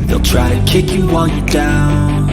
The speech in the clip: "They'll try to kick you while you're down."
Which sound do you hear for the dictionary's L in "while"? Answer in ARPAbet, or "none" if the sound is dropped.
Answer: N